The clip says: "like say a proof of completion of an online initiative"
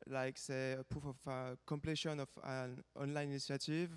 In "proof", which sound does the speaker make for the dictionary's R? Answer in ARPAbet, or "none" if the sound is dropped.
none